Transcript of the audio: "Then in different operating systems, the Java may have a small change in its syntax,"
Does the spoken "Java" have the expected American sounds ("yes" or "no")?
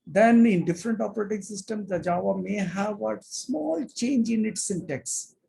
yes